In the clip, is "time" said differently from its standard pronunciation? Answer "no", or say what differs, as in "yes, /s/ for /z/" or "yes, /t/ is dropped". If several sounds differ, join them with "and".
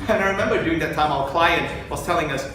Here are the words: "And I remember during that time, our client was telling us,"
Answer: no